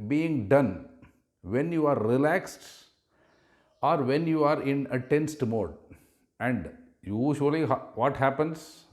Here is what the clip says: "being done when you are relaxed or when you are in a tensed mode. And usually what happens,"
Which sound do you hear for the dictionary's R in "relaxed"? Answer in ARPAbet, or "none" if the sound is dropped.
R